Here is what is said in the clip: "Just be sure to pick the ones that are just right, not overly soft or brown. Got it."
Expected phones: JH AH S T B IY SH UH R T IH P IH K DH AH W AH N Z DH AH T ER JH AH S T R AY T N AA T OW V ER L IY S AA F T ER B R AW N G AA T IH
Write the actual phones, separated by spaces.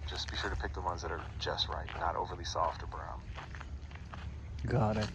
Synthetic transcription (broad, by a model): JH AH S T B IY SH UH R T IH P IH K DH AH W AH N Z DH AH T ER JH AH S T R AY T N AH T OW V ER L IY S AA F T ER B R AW N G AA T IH